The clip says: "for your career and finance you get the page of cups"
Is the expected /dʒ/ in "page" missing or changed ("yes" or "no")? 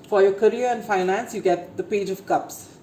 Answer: no